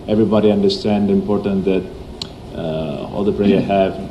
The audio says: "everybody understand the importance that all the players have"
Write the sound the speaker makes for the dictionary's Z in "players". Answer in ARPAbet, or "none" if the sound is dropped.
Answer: none